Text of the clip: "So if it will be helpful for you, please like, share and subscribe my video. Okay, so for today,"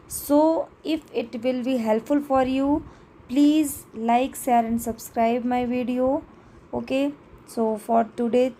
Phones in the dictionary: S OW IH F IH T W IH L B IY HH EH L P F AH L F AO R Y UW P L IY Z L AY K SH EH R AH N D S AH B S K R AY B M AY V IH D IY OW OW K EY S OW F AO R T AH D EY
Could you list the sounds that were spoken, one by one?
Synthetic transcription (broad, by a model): S OW IH F IH T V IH L B IY HH EH L P F AH L F AO R Y UW P L IY Z L AY K S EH R AH N D S AH B S K R AY B M AY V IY D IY OW OW K EY S OW F AO R T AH D EY